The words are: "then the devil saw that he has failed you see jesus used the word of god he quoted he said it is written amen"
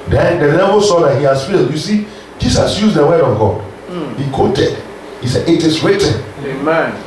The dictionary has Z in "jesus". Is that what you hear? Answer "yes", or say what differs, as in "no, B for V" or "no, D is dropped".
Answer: no, S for Z